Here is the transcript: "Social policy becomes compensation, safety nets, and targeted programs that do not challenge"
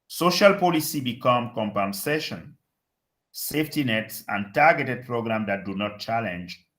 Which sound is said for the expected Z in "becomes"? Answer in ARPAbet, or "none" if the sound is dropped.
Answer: none